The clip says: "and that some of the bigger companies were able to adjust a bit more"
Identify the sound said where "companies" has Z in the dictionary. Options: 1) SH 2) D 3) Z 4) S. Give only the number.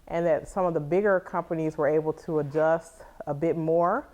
3